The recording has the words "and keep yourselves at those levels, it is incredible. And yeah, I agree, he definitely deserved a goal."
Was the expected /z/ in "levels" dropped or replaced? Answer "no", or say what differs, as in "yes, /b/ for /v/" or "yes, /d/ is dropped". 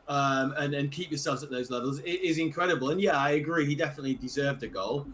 no